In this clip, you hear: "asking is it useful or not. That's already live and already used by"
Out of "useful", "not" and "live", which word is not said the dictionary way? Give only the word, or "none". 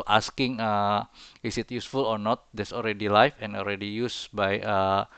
live